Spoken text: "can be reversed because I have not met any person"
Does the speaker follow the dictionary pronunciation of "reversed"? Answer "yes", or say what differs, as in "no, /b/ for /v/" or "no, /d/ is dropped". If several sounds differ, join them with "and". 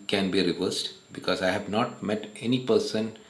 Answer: yes